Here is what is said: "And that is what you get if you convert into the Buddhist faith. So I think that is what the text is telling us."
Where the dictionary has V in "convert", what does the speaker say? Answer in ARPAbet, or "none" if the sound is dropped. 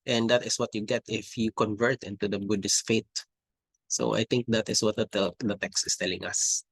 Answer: V